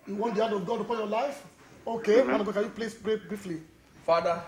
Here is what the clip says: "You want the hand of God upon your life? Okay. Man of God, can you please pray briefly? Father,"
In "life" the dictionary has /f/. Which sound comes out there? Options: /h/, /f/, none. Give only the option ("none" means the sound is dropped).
/f/